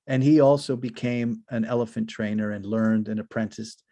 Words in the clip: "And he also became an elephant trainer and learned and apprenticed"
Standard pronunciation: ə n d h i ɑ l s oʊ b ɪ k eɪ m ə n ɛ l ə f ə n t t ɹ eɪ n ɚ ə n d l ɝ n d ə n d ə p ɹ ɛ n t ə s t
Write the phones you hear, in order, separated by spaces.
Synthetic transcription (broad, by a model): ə n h i ɑ l s oʊ b ɪ k eɪ m ə n ɛ l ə f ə n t t ɹ eɪ n ɚ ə n l ɝ n d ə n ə p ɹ ɛ n t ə s